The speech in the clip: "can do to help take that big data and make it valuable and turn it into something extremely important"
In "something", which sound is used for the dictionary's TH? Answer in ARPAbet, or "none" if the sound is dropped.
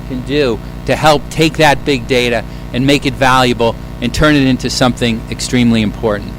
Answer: TH